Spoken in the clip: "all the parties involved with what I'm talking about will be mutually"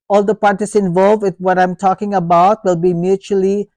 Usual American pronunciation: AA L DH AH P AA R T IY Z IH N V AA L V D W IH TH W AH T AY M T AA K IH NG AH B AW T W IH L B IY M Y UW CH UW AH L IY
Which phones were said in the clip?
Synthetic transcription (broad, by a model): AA L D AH P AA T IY S IH N V AA L V D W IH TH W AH T AY M T AA K IH NG AH B AW T W IH L B IY M Y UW CH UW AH L IY